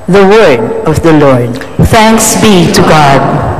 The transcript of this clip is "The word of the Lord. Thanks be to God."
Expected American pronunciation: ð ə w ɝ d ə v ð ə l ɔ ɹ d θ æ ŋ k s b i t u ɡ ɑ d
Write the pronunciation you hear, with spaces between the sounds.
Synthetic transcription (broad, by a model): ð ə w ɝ ə v ð ə l ɔ ɹ d θ æ ŋ k s b i t u ɡ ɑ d